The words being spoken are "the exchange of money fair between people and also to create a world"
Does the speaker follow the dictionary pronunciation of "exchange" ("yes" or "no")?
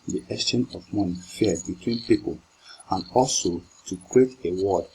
no